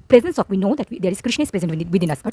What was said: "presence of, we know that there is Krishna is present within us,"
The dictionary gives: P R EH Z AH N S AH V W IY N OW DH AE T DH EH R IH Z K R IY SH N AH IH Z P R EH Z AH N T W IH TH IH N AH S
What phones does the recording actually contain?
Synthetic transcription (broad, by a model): P R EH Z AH N S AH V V IY N OW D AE T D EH R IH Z K R IY SH N AH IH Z P R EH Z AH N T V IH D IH N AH S